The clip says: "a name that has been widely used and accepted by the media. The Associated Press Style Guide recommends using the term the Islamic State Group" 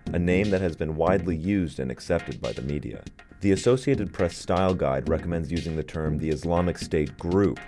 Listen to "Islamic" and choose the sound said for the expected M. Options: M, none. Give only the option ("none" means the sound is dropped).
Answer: M